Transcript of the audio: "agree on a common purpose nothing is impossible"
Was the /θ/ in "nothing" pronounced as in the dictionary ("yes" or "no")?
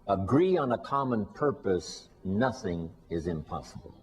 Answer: yes